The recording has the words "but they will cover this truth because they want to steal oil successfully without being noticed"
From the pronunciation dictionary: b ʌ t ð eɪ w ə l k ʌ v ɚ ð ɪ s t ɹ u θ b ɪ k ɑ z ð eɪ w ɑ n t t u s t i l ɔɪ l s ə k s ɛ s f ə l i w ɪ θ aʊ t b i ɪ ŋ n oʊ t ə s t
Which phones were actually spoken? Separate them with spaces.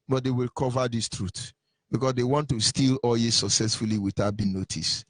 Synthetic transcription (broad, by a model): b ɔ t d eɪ w ə l k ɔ v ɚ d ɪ s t ɹ u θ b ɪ k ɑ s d eɪ w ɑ n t t u s t i l ɔɪ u s ə k s ɛ s f ə l i w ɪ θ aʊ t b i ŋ n oʊ t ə s